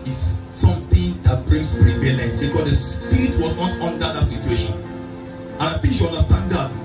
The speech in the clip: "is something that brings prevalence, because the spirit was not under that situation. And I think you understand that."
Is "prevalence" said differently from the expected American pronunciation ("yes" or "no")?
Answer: yes